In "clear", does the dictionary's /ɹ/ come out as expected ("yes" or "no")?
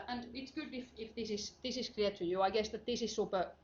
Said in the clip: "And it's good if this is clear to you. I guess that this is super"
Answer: no